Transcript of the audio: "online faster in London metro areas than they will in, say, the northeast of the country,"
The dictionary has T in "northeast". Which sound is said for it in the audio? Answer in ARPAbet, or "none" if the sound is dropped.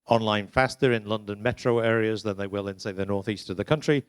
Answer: T